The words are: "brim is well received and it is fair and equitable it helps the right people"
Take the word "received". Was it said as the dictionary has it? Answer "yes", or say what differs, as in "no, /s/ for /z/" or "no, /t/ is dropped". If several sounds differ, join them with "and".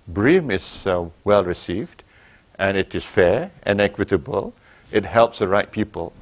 yes